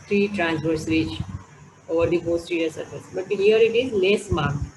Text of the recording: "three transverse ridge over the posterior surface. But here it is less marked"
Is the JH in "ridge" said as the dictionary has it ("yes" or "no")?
no